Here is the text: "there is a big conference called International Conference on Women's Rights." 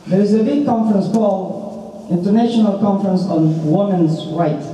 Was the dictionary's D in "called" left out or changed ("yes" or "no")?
yes